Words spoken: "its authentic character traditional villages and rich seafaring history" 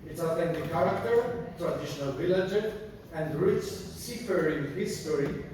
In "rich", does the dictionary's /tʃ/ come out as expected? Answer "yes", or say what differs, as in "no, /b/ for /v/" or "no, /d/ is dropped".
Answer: no, /s/ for /tʃ/